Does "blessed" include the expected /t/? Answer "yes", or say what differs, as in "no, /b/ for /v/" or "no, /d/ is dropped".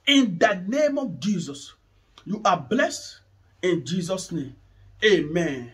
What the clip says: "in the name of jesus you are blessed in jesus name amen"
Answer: yes